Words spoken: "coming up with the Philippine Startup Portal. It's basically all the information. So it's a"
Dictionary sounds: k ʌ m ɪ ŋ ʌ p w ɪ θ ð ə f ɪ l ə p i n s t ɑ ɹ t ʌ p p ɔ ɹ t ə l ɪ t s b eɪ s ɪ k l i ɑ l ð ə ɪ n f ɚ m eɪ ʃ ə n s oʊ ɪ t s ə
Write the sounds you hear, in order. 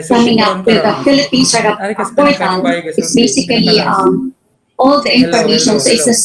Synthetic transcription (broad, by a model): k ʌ m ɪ ŋ ʌ p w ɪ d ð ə f ɪ l ə p i n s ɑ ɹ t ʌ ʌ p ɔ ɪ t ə n ɪ t s b eɪ s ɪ k l i ɑ l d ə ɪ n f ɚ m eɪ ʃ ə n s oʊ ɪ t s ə